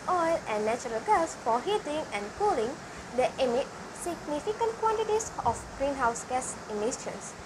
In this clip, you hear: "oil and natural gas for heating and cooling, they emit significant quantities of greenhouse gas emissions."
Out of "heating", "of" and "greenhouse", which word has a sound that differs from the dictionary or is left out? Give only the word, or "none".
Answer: of